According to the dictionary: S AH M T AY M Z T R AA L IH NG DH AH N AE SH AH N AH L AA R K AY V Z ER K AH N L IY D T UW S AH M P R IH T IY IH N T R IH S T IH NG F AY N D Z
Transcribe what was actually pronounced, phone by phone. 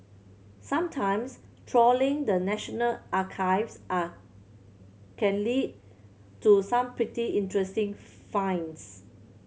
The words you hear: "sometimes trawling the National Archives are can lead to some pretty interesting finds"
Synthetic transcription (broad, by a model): S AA M T AY M S T R AA L IH NG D AH N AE SH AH N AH L AA K AY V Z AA K AH N L IY D T UW S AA M P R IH T IY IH N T R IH S T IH NG F AY N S